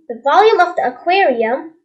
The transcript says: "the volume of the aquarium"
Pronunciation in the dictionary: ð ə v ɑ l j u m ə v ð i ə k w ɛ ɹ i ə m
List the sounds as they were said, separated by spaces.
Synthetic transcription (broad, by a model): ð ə v ɑ l j u m ə v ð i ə k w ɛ ɹ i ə m